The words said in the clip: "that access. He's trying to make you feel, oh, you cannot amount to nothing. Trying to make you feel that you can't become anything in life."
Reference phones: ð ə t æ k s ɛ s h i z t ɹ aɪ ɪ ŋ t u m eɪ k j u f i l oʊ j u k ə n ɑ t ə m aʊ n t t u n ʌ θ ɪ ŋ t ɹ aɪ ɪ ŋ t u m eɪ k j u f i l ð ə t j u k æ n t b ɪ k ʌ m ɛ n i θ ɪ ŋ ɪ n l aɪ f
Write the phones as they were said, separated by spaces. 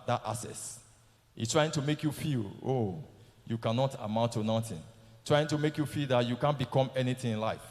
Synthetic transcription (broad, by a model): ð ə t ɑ s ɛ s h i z t ɹ aɪ ɪ ŋ t u m eɪ k j u f i l oʊ j u k ə n ɑ t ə m aʊ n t t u n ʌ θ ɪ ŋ t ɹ aɪ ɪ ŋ t u m eɪ k j u f i l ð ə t j u k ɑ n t b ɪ k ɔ m ɛ n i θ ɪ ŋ ɪ n l aɪ f